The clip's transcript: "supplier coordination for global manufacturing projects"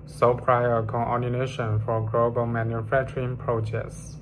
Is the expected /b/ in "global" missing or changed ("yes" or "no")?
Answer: no